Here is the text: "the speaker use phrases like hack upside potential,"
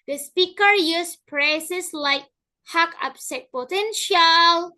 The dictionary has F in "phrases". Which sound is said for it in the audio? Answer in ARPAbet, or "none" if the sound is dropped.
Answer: P